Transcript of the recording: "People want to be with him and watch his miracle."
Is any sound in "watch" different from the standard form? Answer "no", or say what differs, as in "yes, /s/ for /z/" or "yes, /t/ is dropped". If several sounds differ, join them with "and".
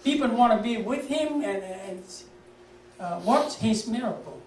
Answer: yes, /s/ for /tʃ/